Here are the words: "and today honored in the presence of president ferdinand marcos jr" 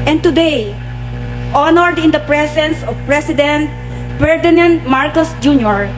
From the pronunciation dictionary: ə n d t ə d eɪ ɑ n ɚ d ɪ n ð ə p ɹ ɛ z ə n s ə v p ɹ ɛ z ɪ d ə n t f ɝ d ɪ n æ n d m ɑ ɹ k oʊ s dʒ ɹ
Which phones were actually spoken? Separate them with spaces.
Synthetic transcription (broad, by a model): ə n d t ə d eɪ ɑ n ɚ d ɪ n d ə p ɹ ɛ s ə n s ə v p ɹ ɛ s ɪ d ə n t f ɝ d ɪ n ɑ n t m ɑ ɹ k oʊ s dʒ ɹ